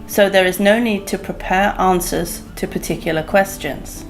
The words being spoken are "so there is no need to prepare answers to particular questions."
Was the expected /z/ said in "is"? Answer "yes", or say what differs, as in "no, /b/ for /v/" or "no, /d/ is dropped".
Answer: yes